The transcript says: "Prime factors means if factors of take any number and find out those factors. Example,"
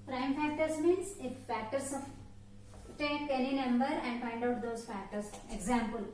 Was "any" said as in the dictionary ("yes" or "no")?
no